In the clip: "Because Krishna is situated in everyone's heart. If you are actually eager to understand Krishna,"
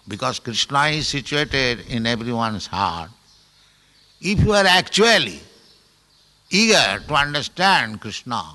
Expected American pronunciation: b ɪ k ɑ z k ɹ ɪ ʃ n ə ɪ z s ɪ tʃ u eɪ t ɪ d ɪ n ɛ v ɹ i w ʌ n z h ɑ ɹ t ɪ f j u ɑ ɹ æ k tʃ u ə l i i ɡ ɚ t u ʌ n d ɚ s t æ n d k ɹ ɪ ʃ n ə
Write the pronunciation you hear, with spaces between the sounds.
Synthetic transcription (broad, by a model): b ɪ k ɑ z k ɹ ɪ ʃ n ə ɪ z s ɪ tʃ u eɪ t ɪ d ɪ n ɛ b ɹ i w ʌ n s h ɑ ɹ t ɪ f j u ɑ ɹ æ k tʃ u ə l i i ɡ ɚ t u ʌ n d ɚ s t æ n d k ɹ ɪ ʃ n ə